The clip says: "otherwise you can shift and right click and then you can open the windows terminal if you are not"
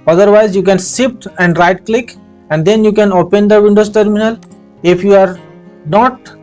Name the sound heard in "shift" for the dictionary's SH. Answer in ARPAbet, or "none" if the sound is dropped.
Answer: S